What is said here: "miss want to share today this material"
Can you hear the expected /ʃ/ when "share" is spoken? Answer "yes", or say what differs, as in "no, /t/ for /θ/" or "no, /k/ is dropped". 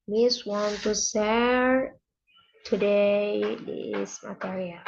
no, /s/ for /ʃ/